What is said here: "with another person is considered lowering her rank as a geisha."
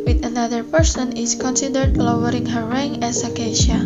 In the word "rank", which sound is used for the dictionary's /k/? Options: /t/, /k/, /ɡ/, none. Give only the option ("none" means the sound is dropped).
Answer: none